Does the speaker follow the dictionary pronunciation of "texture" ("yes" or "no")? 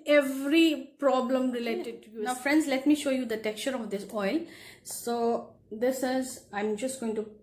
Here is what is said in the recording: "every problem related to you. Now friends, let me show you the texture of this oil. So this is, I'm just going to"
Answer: no